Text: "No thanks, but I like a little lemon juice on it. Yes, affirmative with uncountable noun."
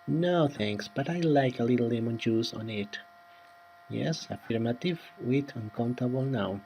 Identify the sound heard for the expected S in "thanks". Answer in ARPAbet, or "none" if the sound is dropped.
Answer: S